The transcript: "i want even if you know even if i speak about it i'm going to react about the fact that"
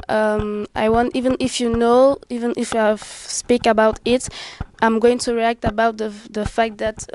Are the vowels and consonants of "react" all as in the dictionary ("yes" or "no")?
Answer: yes